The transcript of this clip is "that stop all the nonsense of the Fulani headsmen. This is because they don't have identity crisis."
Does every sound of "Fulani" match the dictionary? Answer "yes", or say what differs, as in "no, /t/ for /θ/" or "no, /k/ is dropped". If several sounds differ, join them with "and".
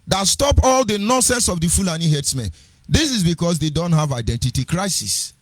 yes